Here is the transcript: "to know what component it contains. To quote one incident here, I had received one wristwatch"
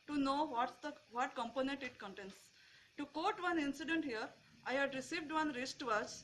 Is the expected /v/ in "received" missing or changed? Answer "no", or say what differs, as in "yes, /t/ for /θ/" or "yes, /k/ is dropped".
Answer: no